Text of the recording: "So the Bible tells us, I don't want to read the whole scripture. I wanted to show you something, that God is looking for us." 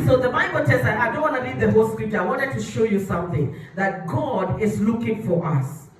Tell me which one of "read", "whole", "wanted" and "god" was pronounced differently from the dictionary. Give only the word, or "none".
read